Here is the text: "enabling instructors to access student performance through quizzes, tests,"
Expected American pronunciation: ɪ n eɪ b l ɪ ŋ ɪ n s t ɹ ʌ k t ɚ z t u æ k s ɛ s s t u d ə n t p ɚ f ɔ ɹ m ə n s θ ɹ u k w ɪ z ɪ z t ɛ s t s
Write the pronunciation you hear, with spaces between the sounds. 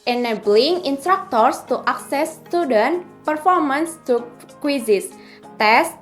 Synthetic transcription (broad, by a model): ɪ n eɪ b l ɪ ŋ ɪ n s t ɹ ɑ k t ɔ s t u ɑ k s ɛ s s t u d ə n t p ɚ f ɔ ɹ m ə n s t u k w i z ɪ s t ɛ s s